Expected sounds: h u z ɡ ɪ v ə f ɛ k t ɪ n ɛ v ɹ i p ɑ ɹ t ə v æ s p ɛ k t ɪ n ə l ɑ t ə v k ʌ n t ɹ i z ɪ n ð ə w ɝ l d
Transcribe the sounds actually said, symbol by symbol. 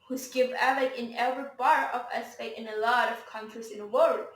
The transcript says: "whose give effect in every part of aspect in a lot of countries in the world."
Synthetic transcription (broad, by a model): h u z ɡ ɪ v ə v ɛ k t ɪ n ɛ v ɹ i b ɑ ɹ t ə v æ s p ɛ t ɪ n ə l ɑ t ə v k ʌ n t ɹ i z ɪ n ð ə w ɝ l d